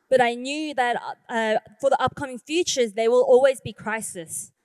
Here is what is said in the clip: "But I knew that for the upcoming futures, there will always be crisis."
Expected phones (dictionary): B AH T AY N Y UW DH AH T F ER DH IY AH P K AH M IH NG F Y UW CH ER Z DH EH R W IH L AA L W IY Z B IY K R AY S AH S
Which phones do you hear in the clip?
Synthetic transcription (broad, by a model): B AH T AY N Y UW DH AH T F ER DH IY AH P K AH M IH NG F Y UW CH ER Z DH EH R W IH L AA L W IY Z B IY K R AY S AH S